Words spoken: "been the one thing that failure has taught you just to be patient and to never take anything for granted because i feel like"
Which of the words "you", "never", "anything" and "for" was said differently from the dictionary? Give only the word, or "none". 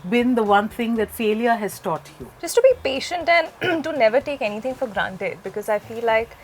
anything